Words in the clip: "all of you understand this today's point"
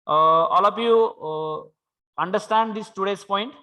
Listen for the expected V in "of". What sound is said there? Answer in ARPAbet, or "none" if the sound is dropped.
P